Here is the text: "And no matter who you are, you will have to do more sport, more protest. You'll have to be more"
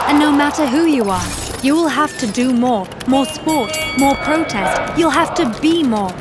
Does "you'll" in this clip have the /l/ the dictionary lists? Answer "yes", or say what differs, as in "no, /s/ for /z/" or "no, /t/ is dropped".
yes